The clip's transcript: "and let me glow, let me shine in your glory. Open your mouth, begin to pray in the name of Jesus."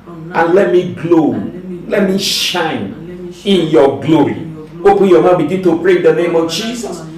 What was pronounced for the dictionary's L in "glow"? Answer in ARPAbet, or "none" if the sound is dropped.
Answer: L